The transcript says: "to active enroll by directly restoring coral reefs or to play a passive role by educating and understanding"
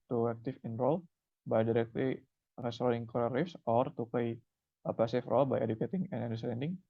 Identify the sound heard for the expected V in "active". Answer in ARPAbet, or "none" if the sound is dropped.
F